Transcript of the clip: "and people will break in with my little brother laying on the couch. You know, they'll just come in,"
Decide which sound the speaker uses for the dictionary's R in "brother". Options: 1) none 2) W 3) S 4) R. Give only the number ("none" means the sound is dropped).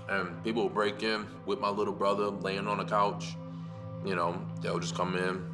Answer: 4